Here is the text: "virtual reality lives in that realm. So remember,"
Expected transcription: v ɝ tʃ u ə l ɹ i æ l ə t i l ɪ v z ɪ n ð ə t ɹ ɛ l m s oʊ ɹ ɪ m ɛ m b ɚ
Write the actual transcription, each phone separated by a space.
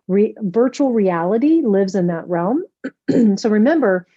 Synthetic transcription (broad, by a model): v ɝ tʃ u l ɹ i æ l ə t i l ɪ v z ɪ n ð ə t ɹ ɛ l m s oʊ ɹ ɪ m ɛ m b ɚ